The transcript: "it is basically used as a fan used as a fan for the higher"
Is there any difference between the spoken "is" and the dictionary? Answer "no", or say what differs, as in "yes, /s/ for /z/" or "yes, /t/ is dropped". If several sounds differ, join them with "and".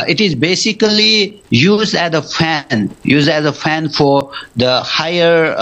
no